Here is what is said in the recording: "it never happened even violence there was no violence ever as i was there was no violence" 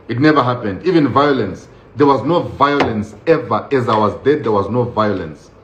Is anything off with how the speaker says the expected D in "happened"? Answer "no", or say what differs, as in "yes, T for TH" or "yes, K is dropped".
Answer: no